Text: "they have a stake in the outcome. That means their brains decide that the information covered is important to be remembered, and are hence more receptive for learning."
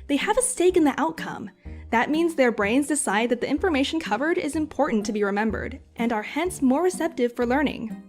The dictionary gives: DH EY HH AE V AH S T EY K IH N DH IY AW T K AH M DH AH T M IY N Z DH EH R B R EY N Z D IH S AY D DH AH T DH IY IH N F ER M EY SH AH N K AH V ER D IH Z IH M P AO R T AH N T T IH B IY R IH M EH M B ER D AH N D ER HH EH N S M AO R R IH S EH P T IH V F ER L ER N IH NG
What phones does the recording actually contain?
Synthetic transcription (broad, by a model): DH EY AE V AH S T EY K IH N DH IY AW T K AH M DH AH T M IY N Z DH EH R B R EY N Z D IH S AY D DH AH T DH IY IH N F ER M EY SH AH N K AH V ER D IH Z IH M P AO R T N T T IH B IY R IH M EH M B ER D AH N ER HH EH N S M AO R R IH S EH P T IH V F ER L ER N IH NG